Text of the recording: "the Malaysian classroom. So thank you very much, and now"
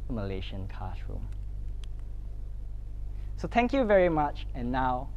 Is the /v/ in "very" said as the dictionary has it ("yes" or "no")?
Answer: yes